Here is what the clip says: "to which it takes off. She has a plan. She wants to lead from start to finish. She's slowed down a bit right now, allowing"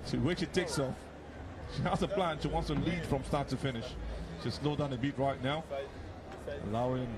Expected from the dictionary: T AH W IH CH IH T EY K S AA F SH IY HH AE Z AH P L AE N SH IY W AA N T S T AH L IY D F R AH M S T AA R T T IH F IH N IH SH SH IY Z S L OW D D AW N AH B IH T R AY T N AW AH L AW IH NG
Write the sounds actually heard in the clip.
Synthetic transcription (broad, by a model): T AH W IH SH IH T EY K S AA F SH IY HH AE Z AH P L AE N SH IY W AA N T S T AH L IY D F R AH M S T AA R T T IH F IH N IH SH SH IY S L OW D D AW N AH B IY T R AY T N AW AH L AW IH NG